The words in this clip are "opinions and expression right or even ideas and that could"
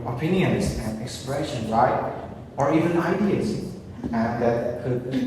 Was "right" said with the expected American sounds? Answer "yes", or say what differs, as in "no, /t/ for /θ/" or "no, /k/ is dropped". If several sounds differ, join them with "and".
no, /l/ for /ɹ/